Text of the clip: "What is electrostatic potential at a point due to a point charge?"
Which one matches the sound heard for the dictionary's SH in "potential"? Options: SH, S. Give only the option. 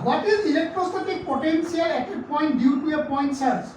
S